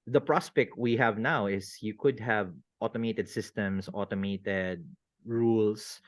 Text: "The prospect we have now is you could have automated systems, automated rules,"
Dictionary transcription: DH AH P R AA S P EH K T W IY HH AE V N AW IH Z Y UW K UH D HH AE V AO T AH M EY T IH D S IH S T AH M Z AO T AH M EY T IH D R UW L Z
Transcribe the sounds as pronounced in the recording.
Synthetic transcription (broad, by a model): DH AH P R AA S P EH K T W IY HH AE V N AW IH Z Y UW K UH D HH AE V AO T AH M EY T IH D S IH S T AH M S AO T AH M EY T IH D R UW L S